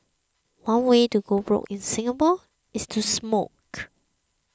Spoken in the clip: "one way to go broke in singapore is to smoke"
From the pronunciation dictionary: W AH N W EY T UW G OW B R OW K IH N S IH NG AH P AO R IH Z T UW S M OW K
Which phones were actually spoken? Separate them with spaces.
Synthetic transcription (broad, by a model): W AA N W EY T UW G OW B R OW K IH N S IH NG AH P AO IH S T UW S M OW K